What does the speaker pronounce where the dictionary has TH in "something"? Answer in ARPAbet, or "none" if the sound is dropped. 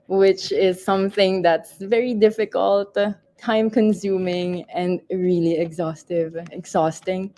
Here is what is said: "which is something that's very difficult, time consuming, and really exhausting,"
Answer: TH